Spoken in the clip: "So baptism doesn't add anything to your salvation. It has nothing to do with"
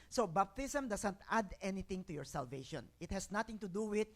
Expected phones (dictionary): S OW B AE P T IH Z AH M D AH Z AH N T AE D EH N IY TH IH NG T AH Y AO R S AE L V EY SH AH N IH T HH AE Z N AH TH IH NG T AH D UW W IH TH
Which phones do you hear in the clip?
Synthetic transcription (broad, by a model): S OW B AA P T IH S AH M D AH S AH N T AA D EH N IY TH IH NG T AH Y AO R S AE L V EY SH AH N IH T HH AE S N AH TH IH NG T AH D UW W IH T